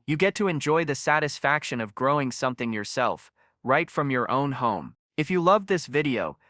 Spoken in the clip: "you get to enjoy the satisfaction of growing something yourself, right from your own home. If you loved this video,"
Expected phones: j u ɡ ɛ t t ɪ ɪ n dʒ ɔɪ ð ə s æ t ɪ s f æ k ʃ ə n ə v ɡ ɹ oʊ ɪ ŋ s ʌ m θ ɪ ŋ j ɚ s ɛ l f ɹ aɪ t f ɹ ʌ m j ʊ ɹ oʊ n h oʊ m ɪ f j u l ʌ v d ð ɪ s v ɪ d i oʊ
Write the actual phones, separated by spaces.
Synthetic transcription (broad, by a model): j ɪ ɡ ɛ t t ɪ ɪ n dʒ ɔɪ ð ə s æ t ɪ s f æ k ʃ ə n ə v ɡ ɹ oʊ ɪ ŋ s ʌ m θ ɪ ŋ j ɚ s ɛ l f ɹ aɪ t f ɹ ʌ m j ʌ ɹ oʊ n h oʊ m ɪ f j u l ʌ v ð ɪ s v ɪ d i oʊ